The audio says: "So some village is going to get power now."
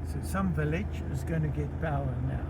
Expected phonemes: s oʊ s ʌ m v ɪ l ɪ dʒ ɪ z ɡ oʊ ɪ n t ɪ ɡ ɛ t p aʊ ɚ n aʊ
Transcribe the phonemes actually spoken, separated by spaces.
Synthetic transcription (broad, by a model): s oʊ s ʌ m v ɪ l ɪ dʒ ɪ z ɡ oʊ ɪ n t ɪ ɡ ɛ t b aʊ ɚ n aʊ